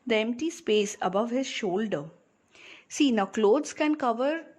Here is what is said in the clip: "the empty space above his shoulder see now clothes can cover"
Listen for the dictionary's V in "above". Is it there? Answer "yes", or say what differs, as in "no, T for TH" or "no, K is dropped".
yes